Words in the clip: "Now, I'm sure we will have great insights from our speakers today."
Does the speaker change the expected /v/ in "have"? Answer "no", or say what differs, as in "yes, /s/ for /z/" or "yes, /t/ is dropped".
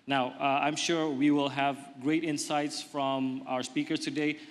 no